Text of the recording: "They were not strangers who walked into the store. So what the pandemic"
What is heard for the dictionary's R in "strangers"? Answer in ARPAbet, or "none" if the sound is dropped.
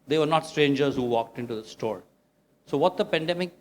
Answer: R